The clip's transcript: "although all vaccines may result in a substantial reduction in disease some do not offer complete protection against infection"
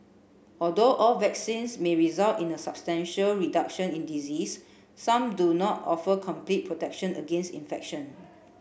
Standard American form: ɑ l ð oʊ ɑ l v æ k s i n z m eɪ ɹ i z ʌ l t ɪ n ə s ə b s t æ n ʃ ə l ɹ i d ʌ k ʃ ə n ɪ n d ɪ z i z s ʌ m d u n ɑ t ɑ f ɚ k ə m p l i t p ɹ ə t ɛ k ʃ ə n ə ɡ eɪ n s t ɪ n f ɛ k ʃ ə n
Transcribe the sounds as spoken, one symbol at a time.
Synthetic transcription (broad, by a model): ɑ l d oʊ ɑ l v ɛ k s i n s m eɪ ɹ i z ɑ l t ɪ n ə s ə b s t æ n ʃ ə l ɹ i d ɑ k ʃ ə n ɪ n d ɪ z i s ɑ m d u n ɑ t ɑ f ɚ k ə m p l i t p ɹ ə t ɛ k ʃ ə n ə ɡ eɪ n s t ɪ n f ɛ k ʃ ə n